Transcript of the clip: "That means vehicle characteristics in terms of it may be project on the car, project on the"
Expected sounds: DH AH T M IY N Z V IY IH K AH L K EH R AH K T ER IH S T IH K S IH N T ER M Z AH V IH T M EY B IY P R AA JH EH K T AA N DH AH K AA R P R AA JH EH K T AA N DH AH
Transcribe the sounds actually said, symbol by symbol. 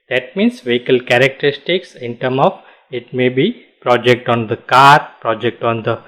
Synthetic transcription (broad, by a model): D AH T M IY N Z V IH K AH L K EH R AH K T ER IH S T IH K S IH N T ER M AH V IH T M EY B IY P R AA JH EH K T AA N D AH K AA R P R AA JH EH K T AA N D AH